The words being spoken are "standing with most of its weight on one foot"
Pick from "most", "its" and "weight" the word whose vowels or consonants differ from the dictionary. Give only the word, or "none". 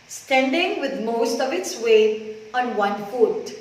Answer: weight